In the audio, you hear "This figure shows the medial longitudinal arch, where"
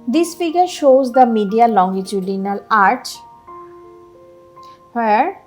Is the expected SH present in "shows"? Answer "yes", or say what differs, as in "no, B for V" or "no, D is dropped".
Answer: yes